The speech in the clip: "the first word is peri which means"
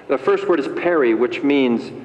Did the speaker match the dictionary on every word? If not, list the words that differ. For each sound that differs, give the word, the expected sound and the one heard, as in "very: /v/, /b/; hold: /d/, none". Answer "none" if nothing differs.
none